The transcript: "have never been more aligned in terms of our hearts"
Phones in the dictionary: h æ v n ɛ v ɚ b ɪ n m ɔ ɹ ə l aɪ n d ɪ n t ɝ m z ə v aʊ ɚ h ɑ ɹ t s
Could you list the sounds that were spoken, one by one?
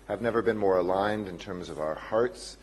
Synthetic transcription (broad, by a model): h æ v n ɛ v ɚ b ɪ n m ɔ ɹ ə l aɪ n d ɪ n t ɝ m z ə v aʊ ɚ h ɑ ɹ t s